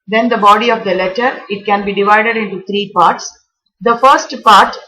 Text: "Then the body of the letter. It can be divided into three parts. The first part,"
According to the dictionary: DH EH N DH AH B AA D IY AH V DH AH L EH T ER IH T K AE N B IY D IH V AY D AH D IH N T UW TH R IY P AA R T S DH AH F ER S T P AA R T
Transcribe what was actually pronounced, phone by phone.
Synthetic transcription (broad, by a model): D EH N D AH B AA D IY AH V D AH L EH T ER IH T K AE N B IY D IH V AY D AH D IH N T UW T R IY P AA R T S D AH F ER S T P AA R T